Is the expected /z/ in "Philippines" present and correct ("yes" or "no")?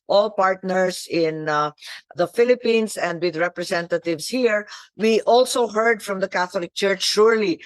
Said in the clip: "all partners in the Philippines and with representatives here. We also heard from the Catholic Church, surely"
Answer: no